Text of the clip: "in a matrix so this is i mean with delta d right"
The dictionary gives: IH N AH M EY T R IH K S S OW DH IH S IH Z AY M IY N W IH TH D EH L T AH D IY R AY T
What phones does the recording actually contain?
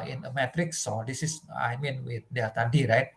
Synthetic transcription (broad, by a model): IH N AH M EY T R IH K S S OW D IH S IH S AY M IY N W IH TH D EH T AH D IY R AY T